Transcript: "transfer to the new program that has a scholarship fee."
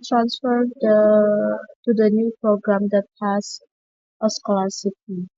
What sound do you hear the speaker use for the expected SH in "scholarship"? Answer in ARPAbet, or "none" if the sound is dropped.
S